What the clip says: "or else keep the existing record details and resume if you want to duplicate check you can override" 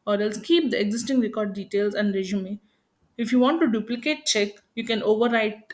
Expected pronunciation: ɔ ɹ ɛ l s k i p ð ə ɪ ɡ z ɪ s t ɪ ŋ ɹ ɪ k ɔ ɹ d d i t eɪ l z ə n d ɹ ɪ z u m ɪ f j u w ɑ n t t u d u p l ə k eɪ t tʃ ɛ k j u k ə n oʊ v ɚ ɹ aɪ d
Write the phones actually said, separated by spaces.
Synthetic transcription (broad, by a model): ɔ ɹ ɛ l s k i p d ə ɪ ɡ z ɪ s t ɪ ŋ ɹ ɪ k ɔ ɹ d d i t eɪ l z ə n d ɹ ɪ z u m ɪ f j u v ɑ n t t u d u p l ə k eɪ t tʃ ɛ k j u k ə n oʊ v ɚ ɹ aɪ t